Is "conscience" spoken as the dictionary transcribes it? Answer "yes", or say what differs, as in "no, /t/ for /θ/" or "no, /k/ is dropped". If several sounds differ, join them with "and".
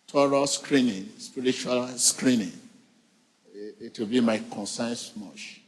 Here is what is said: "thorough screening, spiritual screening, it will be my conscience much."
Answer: no, /s/ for /ʃ/